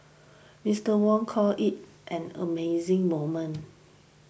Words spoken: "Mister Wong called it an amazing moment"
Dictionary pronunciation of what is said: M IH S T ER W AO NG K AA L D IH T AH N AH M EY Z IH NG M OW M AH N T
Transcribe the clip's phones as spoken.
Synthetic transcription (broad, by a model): M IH S T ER W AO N K AA L IH T AH N AH M EY Z IH NG M OW M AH N